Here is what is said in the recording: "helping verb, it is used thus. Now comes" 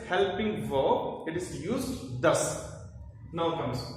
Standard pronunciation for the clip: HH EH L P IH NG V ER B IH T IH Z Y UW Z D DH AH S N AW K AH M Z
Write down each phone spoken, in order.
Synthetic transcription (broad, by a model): HH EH L P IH NG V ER IH T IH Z Y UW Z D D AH S N AW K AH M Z